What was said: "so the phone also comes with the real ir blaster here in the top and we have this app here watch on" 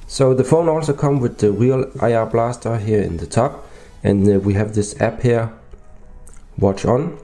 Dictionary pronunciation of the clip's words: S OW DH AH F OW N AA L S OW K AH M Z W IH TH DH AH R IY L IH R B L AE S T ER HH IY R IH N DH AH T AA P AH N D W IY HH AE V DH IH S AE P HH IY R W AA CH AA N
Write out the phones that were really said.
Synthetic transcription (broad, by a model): S OW DH AH F OW N AA L S OW K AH M W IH DH AH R IY L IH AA B L AE S T ER HH IY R IH N DH AH T AA P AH N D W IY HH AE V DH IH S AE P HH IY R W AA CH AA N